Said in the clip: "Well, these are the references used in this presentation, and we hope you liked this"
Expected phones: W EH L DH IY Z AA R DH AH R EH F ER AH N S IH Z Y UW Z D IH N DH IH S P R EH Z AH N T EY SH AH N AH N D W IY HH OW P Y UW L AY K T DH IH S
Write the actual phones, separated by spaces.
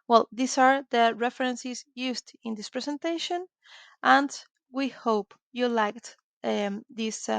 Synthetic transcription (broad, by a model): W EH L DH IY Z AA R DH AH R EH F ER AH N S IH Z Y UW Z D IH N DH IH S P R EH S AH N T EY SH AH N AH N D W IY HH OW P Y UW L AY K T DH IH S